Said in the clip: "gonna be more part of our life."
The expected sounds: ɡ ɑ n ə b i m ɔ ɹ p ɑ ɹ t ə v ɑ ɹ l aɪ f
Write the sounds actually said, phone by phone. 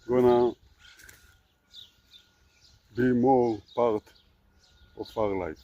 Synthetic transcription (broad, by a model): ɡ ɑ n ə b i m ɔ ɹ p ɑ ɹ t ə f ɑ ɹ l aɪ